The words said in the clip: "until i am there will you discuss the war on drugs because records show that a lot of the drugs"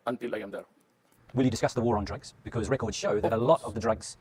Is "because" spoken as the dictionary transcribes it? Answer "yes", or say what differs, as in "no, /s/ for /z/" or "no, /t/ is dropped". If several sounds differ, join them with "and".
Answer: yes